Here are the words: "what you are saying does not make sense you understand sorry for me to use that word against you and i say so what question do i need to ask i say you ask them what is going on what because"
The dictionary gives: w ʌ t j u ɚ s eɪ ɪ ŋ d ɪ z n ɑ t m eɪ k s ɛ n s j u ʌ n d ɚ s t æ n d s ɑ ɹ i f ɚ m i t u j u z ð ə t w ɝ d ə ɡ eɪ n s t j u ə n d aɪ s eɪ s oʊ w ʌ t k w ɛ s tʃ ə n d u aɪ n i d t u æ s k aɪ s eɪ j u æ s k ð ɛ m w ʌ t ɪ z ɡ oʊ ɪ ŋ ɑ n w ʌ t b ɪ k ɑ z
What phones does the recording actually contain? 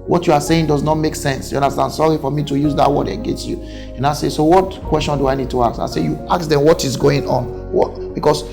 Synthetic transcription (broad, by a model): w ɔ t j u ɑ s eɪ ɪ ŋ d ɪ z n ɑ t m eɪ k s ɛ n s j u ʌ n d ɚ s t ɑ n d s ɑ ɹ i f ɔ m i t u j u z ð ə t w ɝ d ə ɡ eɪ n s t j u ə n aɪ s eɪ s oʊ w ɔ t k w ɛ s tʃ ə n d u aɪ n i d t u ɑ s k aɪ s eɪ j u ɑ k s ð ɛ m w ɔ t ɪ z ɡ oʊ ɪ ŋ ɑ n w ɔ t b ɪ k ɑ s